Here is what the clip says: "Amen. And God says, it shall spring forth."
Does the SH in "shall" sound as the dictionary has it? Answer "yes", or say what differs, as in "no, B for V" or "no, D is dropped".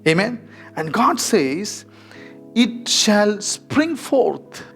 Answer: yes